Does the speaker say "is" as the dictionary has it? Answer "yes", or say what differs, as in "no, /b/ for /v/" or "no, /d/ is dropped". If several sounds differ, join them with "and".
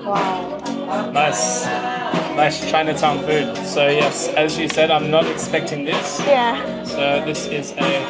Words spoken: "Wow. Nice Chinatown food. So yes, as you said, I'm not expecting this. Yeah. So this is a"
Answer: yes